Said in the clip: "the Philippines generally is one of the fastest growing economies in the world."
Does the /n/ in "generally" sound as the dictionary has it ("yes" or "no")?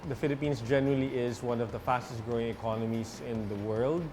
yes